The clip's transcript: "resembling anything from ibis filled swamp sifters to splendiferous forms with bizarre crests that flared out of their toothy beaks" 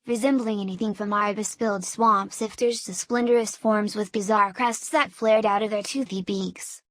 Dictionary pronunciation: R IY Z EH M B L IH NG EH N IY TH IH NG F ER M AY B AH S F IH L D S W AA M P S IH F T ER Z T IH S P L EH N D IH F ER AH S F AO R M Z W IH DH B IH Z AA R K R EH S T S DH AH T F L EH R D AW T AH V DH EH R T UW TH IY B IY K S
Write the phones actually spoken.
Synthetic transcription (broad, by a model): R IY Z EH M B L IH NG EH N IY TH IH NG F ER M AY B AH S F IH L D S W AA M P S IH F T ER Z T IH S P L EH N D ER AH S F AO R M Z W IH DH B IH Z AA R K R EH S T S DH AH T F L EH R D AW T AH V DH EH R T UW TH IY B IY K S